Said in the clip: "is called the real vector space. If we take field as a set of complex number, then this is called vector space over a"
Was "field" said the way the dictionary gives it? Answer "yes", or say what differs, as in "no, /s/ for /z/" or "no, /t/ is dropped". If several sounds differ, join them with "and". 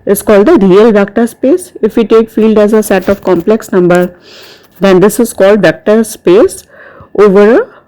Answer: yes